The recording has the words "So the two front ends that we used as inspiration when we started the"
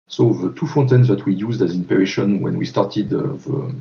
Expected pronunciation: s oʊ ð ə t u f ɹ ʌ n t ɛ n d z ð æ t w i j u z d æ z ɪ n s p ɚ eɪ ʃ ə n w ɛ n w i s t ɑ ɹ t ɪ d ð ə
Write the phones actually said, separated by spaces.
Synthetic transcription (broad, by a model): s oʊ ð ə t u f ɔ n t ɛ n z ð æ t w i j u z d æ z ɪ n p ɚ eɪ ʃ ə n w ɛ n w i s t ɑ ɹ t ɪ d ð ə